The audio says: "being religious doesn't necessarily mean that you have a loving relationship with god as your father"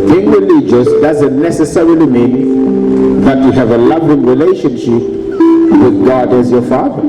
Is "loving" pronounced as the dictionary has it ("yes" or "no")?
yes